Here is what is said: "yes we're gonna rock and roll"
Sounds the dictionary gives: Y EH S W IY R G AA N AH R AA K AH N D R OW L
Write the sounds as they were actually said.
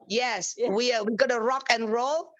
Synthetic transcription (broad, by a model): Y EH S W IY W G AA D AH R AA K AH N R OW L